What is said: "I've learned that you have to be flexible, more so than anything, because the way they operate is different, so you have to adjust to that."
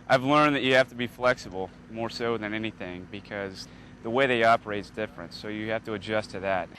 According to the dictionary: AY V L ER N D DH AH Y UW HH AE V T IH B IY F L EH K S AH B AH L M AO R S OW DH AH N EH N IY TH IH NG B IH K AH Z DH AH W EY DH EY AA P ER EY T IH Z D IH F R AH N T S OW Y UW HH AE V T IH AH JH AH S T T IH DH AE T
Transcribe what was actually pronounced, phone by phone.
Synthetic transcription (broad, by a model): AY V L ER N DH AH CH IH HH AE F T IH B IY F L EH K S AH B L M AO R S OW DH AH N EH N IY TH IH NG B IH K AH Z DH AH W EY DH EY AA P ER EY T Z D IH F R AH N T S OW Y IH HH AE F T IH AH JH AH S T T IH DH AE T